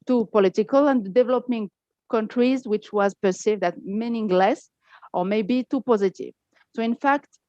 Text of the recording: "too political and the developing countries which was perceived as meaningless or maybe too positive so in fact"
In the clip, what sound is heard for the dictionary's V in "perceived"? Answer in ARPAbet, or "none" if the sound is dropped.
V